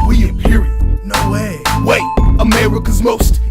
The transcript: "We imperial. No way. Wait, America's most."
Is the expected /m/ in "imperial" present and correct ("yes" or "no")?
no